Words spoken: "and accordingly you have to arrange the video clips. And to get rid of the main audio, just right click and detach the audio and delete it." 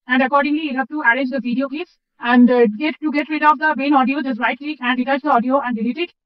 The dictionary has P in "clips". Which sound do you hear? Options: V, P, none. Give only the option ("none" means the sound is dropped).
none